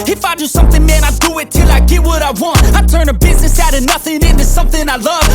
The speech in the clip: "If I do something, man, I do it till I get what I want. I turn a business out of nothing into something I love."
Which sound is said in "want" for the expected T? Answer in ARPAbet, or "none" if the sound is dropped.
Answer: T